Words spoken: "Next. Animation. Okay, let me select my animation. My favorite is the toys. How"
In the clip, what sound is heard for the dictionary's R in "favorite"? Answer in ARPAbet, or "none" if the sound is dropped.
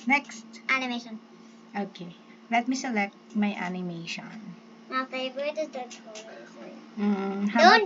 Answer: none